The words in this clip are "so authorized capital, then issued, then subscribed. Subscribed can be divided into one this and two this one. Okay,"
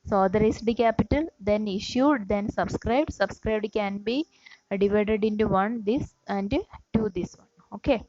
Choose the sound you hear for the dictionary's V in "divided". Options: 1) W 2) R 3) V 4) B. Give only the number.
3